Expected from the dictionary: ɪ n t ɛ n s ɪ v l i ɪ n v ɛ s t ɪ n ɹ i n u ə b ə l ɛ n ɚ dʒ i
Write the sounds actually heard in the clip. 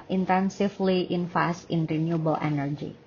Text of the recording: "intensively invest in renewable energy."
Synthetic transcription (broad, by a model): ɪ n t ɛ n s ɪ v l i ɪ n f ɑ s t ɪ n ɹ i n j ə b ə l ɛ n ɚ dʒ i